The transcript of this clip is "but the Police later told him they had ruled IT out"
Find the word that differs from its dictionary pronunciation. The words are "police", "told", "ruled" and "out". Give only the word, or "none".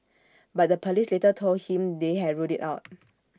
ruled